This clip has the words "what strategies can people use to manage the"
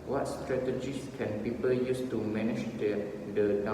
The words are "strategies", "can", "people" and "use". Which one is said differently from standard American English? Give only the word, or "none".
strategies